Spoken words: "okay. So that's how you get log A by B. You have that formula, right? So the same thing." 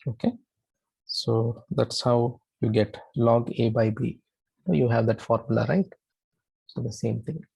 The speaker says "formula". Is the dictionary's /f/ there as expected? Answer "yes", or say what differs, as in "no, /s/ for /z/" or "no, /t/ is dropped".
yes